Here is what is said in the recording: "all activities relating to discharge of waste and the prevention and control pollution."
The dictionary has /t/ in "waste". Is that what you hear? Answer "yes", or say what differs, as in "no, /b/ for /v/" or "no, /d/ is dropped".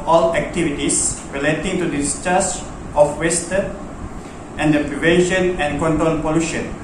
yes